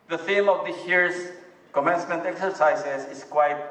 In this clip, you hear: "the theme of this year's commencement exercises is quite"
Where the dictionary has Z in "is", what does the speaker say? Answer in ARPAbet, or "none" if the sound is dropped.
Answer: S